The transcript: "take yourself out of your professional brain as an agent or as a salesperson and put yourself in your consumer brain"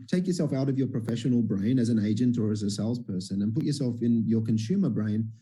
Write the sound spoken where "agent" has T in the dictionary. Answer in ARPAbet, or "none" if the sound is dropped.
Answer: T